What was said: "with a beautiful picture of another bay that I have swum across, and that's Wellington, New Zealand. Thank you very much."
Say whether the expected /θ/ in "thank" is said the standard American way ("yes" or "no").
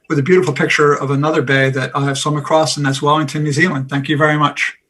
yes